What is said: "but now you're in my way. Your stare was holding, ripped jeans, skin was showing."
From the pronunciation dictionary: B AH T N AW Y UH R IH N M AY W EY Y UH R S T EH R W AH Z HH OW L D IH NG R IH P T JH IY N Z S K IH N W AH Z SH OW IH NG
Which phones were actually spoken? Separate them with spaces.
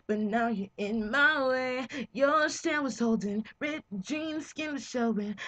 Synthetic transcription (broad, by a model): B AH T N AW Y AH R IH N M AY W EY Y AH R S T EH W AH Z HH OW L D IH NG R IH T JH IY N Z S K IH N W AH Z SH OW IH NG